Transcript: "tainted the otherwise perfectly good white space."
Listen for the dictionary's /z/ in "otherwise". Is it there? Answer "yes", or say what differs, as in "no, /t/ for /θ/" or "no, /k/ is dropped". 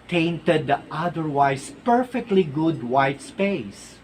no, /s/ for /z/